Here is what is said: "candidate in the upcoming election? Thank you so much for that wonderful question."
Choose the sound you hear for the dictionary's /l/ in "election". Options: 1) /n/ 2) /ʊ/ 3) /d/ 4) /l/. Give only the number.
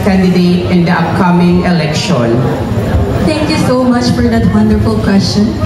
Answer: 4